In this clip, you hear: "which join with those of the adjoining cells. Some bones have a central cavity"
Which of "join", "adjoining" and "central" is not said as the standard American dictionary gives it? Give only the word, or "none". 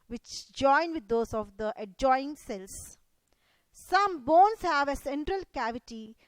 adjoining